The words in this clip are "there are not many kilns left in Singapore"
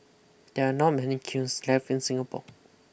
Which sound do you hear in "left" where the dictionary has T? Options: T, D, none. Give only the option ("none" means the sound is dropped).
none